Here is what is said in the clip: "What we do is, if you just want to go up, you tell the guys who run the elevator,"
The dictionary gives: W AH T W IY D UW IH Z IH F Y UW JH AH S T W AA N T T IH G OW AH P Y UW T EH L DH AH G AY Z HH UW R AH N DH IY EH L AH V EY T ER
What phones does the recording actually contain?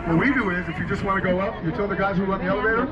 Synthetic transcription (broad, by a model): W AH T W IY D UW IH Z IH F Y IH JH AH S T W AA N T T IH G OW AH P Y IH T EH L DH AH G AY Z HH UW L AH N DH IY EH L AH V EY T ER